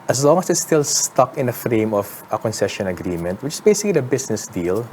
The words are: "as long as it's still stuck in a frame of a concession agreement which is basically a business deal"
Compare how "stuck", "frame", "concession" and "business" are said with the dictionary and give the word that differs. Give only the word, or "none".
business